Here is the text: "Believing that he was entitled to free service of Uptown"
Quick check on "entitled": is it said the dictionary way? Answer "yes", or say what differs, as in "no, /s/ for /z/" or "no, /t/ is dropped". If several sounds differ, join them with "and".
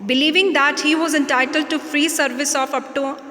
yes